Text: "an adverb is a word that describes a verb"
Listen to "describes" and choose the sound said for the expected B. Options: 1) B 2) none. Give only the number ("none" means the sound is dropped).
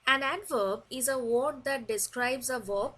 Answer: 1